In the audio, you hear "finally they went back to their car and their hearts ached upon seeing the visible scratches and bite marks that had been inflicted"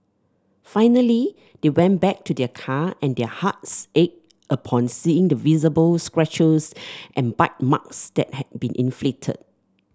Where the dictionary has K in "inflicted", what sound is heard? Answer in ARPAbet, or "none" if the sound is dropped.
none